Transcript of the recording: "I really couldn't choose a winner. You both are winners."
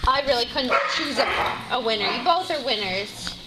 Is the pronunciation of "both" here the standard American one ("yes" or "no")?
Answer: yes